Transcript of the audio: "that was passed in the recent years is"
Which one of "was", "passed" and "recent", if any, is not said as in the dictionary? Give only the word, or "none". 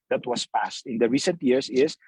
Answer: was